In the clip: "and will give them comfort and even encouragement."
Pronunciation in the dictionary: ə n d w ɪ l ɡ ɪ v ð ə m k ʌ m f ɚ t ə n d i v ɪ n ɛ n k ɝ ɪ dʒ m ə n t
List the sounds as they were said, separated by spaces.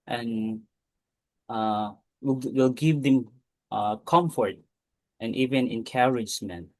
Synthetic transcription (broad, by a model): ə n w w ɪ l ɡ ɪ v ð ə m k ʌ m f ɚ t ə n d i v ɪ n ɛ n k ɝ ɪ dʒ m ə n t